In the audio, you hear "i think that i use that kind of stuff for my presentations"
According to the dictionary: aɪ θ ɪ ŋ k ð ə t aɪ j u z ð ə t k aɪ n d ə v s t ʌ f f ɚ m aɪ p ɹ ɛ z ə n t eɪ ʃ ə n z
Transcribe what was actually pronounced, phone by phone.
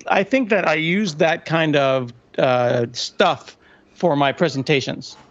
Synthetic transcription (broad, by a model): aɪ θ ɪ ŋ k ð ə t aɪ j u z ð ə t k aɪ n d ə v s t ʌ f f ɚ m aɪ p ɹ ɛ z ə n t eɪ ʃ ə n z